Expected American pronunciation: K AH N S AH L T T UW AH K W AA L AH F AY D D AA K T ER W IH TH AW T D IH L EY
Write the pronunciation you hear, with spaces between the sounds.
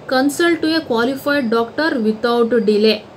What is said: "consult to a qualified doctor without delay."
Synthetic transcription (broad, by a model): K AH N S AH L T T UW AH K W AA L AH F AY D D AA K T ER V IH T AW T D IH L EY